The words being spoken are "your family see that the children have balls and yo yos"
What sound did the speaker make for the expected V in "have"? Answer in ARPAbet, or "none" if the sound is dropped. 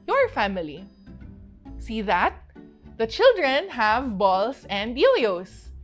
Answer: V